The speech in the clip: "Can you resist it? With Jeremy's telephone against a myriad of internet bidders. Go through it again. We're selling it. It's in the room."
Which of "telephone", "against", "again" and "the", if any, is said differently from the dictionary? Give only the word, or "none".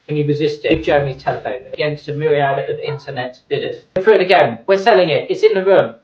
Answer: none